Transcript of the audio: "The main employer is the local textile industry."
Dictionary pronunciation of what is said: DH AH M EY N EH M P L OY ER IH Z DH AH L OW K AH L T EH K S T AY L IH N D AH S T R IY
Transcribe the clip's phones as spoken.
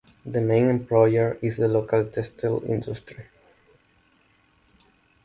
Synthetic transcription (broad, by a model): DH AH M EY N EH M P L OY ER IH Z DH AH L OW K AH L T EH S T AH L IH N D AH S T R IY